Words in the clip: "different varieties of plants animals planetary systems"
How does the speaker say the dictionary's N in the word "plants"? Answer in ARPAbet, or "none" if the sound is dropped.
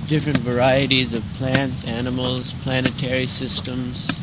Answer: N